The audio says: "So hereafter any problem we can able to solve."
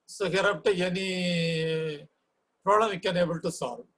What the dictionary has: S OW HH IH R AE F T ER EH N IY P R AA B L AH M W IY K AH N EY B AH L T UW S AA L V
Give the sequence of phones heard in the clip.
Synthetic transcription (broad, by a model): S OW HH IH R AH P T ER EH N IY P R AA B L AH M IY K AH N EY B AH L T UW S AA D